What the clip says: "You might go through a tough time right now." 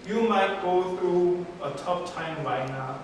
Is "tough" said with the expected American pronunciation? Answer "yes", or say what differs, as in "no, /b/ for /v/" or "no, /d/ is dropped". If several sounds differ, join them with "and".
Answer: no, /p/ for /f/